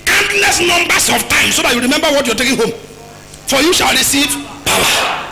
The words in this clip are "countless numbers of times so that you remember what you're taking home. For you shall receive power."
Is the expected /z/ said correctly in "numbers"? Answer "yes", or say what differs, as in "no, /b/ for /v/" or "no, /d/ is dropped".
no, /s/ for /z/